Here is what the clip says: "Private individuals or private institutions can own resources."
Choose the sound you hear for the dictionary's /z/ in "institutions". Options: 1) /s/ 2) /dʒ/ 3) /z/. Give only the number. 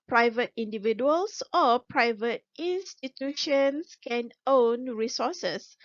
1